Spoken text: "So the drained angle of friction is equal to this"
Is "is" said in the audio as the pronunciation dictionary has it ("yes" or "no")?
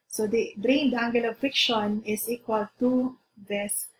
no